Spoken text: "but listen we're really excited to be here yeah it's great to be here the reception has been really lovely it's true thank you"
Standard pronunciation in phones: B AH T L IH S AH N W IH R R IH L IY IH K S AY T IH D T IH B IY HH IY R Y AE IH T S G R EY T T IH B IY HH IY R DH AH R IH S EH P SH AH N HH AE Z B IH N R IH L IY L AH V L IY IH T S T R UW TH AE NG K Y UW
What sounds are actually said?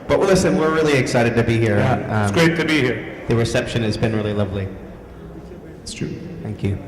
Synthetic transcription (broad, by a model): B AH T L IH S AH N W IH R R IH L IY IH K S AY T IH D T IH B IY HH IY R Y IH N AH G R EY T T IH B IY HH IY R DH AH R IH S EH P SH AH N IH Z B IH N R IH L IY L AH V L IY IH T S T R UW TH AE NG K Y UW